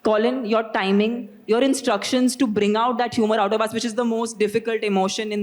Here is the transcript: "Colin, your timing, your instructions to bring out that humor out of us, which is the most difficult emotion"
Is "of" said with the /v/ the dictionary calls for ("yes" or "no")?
no